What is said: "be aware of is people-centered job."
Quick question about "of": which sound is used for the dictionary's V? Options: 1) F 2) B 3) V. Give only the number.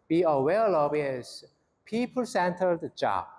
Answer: 2